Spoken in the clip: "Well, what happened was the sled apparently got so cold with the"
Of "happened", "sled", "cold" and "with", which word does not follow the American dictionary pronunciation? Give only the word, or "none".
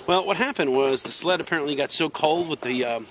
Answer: none